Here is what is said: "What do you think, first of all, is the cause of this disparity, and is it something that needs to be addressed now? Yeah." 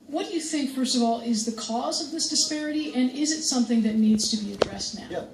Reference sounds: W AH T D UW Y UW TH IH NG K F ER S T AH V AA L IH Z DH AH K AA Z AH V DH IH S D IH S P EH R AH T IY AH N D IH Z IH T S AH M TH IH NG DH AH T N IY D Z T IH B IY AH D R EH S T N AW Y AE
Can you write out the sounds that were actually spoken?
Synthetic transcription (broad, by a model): W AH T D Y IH TH IH NG K F ER S T AH V AA L IH Z DH AH K AA Z AH V DH IH S D IH S P EH R AH T IY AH N IH Z IH T S AH M TH IH NG DH AH T N IY D Z T IH B IY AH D R EH S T N AW